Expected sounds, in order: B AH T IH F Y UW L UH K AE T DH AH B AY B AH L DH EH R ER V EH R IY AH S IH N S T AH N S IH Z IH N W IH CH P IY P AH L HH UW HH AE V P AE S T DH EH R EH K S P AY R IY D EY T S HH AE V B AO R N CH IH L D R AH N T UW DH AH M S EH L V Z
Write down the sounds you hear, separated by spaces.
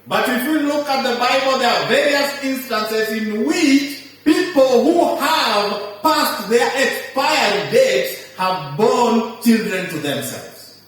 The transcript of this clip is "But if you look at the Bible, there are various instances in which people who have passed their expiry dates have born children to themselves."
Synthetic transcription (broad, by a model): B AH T IH F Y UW L UH K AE T DH AH B AY B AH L DH EH R V EH R IY AH S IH N S T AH N S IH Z IH N W IH CH P IY P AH L HH UW HH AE V P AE S T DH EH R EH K S P AY IY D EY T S HH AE V B AO N CH IH L D R AH N T UW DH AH M S EH L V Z